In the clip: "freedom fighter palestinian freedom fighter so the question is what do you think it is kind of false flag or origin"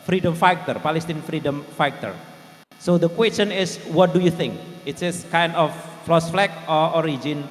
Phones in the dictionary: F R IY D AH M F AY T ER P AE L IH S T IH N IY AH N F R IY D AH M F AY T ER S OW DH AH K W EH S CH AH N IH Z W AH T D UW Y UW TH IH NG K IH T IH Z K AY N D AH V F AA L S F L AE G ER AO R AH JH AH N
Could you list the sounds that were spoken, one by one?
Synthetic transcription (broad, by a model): F R IY D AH M F AY T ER P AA L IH S T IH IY N F R IY D AH M F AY T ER S OW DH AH K W EH S CH AH N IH S W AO T D UW Y UW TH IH NG K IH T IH S K AY N D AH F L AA S F L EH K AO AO R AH JH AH N